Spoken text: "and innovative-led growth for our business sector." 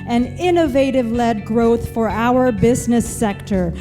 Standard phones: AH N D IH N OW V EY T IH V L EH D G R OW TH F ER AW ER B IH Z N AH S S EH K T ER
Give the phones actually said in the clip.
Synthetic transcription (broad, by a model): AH N IH N OW V EY T IH V L EH D G R OW TH F ER AW ER B IH Z N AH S S EH K T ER